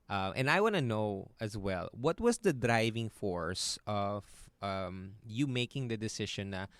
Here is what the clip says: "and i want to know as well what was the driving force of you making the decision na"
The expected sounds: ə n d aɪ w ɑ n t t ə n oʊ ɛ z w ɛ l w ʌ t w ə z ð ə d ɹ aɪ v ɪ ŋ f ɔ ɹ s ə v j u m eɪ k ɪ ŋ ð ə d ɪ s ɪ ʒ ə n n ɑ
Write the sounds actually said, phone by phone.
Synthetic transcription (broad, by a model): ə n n aɪ w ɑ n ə n oʊ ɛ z w ɛ l w ʌ t w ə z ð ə d ɹ aɪ v ɪ ŋ f ɔ ɹ s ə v j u m eɪ k ɪ ŋ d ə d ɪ s ɪ ʃ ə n n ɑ